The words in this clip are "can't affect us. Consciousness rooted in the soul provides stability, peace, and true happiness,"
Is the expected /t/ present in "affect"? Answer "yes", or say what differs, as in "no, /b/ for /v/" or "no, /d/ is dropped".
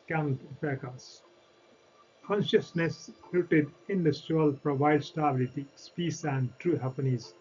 no, /t/ is dropped